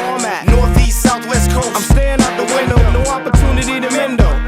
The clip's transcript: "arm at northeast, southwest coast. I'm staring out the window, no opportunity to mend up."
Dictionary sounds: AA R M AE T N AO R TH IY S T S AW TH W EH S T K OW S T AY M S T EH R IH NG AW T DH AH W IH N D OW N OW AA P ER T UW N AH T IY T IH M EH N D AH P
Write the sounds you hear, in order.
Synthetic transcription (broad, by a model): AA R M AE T N AO R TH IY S S AW TH W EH S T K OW AY M S T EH IH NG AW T DH AH W IH N D OW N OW AA P ER T UW N AH T IY T IH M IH N D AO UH